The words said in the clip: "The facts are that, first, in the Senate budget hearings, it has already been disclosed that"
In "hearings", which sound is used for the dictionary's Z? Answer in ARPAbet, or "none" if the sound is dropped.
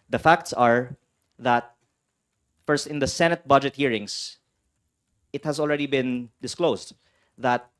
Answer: S